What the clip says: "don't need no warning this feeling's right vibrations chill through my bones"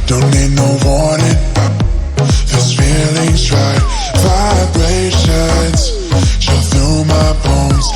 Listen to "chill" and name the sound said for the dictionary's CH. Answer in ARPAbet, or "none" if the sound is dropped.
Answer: SH